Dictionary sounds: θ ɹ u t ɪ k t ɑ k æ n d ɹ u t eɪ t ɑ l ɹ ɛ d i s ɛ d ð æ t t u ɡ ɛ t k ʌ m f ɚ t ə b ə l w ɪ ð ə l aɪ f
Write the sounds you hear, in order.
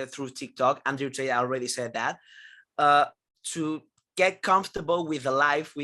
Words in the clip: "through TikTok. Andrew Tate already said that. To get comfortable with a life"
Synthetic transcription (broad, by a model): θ ɹ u t ɪ k t ɑ k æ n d u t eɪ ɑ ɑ l ɹ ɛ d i s ɛ d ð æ t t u ɡ ɛ t k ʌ m f t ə b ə l w ɪ ð ə l aɪ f